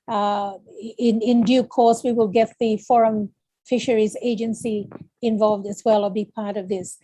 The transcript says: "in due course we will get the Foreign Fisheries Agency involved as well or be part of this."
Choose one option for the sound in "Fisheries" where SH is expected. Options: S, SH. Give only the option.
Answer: SH